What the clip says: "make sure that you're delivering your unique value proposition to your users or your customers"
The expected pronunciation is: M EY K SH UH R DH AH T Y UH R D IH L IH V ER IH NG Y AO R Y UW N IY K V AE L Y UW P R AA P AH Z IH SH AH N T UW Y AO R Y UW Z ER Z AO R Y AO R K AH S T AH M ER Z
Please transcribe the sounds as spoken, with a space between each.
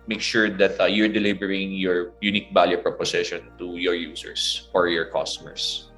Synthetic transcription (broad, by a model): M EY K SH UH R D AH T Y UH R D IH L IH B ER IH NG Y AO R Y UW N IY K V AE L Y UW P R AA P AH S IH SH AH N T UW Y AO R Y UW S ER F AO R Y AO R K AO S T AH M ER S